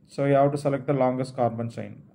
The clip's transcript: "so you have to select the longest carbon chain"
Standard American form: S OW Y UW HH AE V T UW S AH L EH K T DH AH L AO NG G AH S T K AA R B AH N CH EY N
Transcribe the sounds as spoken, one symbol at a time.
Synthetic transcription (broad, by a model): S OW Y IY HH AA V T UW S AH L EH K T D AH L AO NG G AH S T K AA R B AH N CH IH N